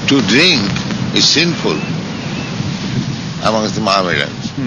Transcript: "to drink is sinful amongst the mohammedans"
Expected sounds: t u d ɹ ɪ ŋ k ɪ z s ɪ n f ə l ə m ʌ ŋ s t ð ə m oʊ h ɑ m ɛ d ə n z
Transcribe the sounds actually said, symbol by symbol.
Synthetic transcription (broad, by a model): t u d ɹ ɪ ŋ k ɪ z s ɪ n f ə l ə m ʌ ŋ s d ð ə m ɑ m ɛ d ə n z